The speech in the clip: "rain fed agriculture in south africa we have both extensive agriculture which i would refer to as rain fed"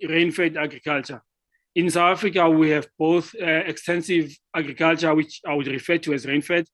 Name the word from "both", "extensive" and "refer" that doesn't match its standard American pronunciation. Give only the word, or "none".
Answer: none